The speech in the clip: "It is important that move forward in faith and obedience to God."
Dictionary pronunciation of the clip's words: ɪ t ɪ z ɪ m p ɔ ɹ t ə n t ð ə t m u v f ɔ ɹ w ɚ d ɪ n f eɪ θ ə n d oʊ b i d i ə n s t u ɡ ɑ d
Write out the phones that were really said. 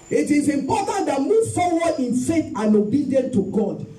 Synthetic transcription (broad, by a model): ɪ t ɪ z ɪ m p ɔ t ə n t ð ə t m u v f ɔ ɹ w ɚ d ɪ n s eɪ t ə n oʊ b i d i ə n t u ɡ ɑ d